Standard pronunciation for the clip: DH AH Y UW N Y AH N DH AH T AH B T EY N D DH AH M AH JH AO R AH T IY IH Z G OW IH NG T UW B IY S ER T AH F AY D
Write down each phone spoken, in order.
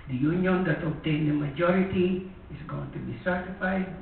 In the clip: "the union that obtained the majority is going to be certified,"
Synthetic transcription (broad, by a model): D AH Y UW N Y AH N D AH T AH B T EY N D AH M AH JH AO R AH T IY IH S G OW IH NG T UW B IY S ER T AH F AY D